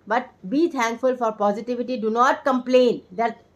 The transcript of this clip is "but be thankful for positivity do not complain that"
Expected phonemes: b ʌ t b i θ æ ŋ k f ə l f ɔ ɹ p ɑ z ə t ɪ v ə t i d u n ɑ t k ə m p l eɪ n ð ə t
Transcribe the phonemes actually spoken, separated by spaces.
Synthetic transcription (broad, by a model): b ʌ t b i t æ ŋ k f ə l f ɔ ɹ p ɑ z ə t ɪ v ə t i d u n ɑ t k ə m p l eɪ n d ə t